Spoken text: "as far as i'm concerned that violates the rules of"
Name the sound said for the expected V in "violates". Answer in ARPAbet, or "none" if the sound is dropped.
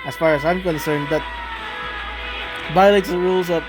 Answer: B